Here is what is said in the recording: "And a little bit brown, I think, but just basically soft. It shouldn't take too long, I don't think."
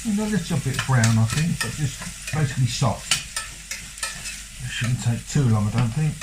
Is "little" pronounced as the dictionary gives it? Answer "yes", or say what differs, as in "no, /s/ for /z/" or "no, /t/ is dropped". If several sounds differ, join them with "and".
no, /s/ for /t/